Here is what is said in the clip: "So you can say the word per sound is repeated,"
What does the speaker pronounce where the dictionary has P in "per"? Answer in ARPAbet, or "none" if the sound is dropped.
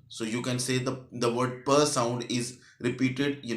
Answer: P